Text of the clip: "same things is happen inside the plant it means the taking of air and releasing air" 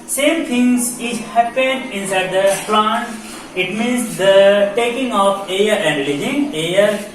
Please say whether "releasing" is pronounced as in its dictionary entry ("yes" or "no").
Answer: no